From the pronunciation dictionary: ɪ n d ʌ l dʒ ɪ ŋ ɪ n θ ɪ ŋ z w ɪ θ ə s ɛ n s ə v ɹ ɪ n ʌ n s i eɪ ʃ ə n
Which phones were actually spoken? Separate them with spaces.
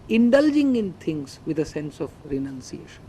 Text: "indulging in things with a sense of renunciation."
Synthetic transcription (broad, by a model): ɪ n d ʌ l dʒ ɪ ŋ ɪ n t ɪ ŋ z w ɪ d ə s ɛ n s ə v ɹ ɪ n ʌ n s i eɪ ʃ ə n